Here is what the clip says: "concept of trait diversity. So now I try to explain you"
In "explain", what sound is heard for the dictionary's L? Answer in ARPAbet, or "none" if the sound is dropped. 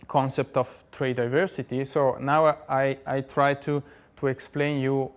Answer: L